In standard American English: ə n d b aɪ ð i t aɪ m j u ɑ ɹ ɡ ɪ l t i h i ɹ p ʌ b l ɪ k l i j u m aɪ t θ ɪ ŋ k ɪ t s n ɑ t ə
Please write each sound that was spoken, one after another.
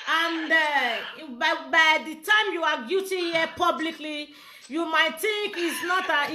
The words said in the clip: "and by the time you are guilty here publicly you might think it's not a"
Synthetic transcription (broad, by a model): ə n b b aɪ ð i t aɪ m j u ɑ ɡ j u t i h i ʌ p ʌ b l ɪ k l i j u m aɪ t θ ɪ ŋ k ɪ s n ɑ t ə